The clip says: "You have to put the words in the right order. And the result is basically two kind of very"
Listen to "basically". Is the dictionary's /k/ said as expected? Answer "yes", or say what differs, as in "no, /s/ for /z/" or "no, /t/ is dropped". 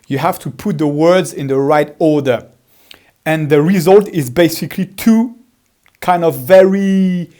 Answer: yes